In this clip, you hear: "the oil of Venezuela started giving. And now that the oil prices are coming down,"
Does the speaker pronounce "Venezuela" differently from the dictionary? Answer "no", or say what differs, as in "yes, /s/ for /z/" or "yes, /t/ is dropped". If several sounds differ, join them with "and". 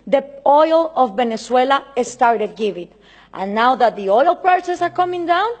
yes, /s/ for /z/